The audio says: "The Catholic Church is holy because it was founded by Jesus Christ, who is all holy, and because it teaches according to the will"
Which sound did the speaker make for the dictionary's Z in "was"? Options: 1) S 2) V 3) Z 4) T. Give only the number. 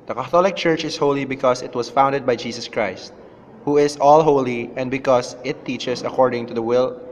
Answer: 1